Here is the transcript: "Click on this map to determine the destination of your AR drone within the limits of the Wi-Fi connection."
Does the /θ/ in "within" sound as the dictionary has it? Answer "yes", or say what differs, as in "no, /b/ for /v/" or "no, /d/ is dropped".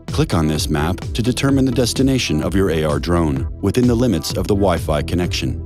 yes